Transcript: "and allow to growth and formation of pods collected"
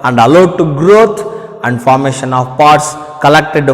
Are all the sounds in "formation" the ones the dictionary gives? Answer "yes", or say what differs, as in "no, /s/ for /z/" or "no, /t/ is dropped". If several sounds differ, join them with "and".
yes